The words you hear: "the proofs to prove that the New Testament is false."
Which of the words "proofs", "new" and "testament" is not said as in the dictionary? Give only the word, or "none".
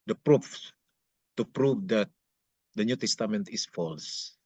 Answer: proofs